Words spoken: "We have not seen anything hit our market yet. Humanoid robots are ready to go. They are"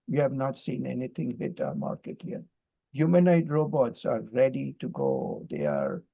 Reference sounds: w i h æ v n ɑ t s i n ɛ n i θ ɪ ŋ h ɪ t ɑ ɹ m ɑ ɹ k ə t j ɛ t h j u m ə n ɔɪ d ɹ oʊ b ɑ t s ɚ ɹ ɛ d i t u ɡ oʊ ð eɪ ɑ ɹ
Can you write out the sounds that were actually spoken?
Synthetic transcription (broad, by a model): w i h æ v n ɑ t s i n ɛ n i t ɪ ŋ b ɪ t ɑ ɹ m ɑ ɹ k ə t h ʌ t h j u m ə n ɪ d ɹ oʊ b ɑ t s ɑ ɹ ɛ d i t u ɡ oʊ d eɪ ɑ ɹ